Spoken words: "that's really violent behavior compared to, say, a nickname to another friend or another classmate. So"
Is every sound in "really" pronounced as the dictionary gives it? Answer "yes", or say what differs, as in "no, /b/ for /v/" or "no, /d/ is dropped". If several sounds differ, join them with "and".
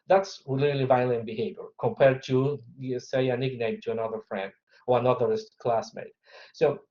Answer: no, /l/ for /ɹ/